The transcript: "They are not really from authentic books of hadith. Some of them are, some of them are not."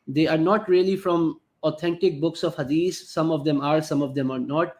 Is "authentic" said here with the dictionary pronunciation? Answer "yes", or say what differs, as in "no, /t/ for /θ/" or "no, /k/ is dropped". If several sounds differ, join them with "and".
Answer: no, /t/ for /θ/